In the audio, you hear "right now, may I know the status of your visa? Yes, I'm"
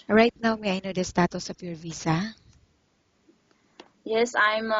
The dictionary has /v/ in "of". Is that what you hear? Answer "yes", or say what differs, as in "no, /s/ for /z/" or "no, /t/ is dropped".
no, /p/ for /v/